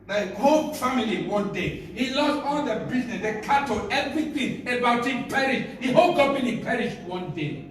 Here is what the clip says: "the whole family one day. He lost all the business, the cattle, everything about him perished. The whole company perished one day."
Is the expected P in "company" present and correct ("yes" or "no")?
no